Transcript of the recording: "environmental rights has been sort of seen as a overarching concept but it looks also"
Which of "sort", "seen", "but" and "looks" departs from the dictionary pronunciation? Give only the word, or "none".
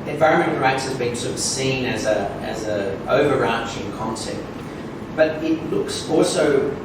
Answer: none